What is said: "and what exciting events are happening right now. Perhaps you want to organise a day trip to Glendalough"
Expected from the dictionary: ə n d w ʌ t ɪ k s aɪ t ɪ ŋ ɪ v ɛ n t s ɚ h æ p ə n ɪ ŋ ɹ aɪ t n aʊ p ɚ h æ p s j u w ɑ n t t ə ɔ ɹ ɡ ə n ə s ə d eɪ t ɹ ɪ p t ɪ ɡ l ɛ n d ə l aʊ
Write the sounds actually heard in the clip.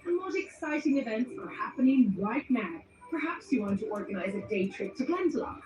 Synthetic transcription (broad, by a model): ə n w ʌ t ɪ k s aɪ t ɪ ŋ ɪ v ɛ n t s ɚ h æ p ə n ɪ ŋ w aɪ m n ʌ p ɚ h æ p s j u w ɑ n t t ə ɔ ɹ ɡ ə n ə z ə d eɪ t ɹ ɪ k t ɪ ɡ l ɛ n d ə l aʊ